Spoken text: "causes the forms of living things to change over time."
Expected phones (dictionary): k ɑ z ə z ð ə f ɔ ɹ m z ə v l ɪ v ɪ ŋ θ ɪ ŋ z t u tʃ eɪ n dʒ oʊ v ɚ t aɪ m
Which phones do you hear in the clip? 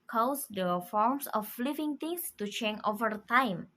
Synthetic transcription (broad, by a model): k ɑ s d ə f ɔ ɹ m s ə f l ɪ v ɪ ŋ t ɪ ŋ s t u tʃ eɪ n oʊ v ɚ t aɪ m